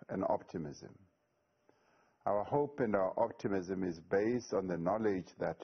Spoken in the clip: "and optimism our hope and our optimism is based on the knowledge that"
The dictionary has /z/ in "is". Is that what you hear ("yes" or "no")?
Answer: yes